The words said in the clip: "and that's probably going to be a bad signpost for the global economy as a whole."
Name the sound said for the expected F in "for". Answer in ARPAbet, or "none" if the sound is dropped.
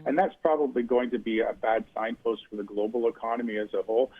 F